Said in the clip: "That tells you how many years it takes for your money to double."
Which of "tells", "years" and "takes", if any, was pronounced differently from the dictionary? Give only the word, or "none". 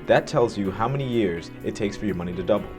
none